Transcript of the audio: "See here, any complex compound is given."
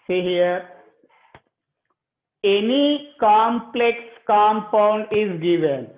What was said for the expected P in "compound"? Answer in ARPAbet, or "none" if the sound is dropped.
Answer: P